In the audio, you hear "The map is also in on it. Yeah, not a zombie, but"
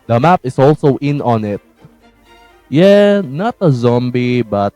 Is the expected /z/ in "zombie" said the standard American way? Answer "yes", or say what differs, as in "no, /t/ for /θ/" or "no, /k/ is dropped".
yes